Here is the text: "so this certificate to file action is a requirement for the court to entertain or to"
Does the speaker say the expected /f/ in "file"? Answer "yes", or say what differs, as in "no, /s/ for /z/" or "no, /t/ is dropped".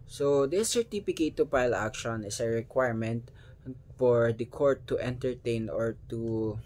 no, /p/ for /f/